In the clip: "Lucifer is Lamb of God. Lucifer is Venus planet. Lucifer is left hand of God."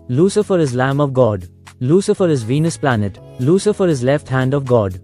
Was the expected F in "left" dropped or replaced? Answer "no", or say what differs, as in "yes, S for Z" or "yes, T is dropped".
no